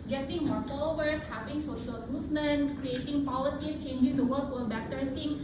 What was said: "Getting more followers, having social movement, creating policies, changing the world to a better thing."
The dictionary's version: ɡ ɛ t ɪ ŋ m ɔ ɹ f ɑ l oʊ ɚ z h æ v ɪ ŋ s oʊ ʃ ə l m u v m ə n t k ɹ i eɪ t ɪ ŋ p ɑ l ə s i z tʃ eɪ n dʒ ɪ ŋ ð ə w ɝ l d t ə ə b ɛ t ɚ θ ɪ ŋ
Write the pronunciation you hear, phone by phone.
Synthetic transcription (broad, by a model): ɡ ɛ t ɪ ŋ m ɔ ɹ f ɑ l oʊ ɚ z h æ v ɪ ŋ s oʊ ʃ ə l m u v m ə n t k ɹ i eɪ t ɪ ŋ p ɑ l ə s i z tʃ eɪ n dʒ ɪ ŋ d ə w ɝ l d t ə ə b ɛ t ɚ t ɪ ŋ